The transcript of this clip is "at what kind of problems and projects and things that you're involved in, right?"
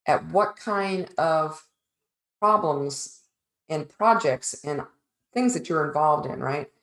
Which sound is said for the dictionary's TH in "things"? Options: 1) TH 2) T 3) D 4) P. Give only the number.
1